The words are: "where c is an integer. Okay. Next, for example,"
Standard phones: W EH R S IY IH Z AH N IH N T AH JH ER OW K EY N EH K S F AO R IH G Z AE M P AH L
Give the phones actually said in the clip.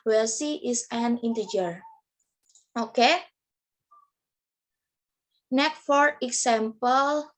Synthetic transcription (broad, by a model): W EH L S IY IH S AH N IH N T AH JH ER OW K EY N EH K F AO R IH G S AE M P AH L